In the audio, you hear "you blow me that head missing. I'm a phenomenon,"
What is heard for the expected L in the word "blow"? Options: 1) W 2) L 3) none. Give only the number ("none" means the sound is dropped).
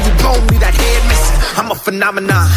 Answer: 3